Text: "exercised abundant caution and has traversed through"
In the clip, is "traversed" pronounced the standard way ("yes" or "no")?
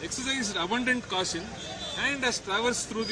yes